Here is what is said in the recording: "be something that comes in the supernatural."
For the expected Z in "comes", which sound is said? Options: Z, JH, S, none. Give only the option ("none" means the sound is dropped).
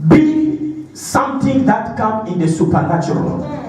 none